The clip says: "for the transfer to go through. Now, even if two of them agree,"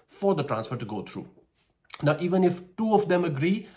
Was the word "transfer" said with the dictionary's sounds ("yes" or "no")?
yes